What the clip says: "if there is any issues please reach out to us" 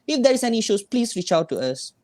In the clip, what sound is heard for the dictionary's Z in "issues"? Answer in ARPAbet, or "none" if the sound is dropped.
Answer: S